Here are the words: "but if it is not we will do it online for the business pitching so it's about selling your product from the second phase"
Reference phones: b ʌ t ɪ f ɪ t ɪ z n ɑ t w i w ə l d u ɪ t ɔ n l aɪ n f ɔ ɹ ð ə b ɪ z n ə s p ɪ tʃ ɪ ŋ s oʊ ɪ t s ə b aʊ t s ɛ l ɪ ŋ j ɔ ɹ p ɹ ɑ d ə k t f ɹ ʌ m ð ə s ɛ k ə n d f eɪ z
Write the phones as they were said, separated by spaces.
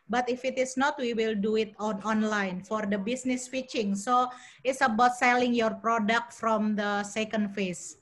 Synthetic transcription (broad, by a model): b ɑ t ɪ f ɪ t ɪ s n ɑ t w i w ə l d u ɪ t ɔ n l aɪ n f ɔ ɹ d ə b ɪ s n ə s f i tʃ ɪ ŋ s oʊ ɪ t s ə b aʊ t s ɛ l ɪ ŋ j ɔ ɹ p ɹ ɑ d ə k t f ɹ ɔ m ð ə s ɛ k ə n d f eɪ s